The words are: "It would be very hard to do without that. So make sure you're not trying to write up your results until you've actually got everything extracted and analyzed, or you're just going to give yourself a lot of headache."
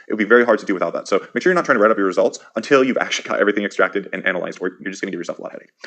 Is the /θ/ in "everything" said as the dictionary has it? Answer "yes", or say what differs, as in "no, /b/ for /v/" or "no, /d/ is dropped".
yes